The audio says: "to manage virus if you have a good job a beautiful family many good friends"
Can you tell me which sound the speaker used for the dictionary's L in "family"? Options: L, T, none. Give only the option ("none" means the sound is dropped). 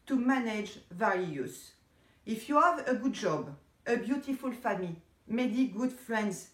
none